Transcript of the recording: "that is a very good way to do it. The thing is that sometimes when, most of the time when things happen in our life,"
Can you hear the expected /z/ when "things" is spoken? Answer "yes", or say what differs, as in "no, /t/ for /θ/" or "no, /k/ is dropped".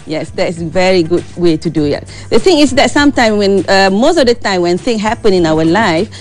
no, /z/ is dropped